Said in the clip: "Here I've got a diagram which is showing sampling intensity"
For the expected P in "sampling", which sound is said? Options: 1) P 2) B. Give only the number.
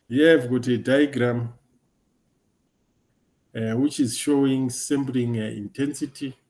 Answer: 2